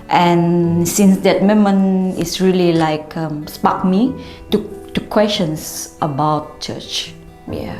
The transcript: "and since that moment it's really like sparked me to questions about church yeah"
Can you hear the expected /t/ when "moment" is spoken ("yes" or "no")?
no